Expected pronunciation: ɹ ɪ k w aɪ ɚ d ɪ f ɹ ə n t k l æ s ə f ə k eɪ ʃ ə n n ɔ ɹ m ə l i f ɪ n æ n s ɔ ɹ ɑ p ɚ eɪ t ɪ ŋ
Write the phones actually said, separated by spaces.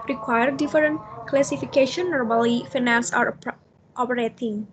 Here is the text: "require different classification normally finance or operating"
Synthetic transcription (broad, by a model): ɹ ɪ k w aɪ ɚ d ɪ f ɹ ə n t k l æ s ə f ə k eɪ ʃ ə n n ɔ ɹ m ə l i f ɪ n æ n s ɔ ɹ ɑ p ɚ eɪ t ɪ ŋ